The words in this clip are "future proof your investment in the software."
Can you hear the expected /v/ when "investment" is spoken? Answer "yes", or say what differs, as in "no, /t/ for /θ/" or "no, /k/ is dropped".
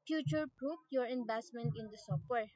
no, /b/ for /v/